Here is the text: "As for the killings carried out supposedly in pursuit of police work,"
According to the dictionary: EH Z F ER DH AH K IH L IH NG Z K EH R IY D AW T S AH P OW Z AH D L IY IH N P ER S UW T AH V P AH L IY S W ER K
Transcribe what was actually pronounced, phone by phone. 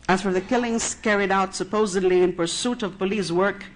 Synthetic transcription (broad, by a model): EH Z F ER DH AH K IH L IH NG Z K EH R IY D AW T S AH P OW Z AH D L IY IH N P ER S UW T AH V P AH L IY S W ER K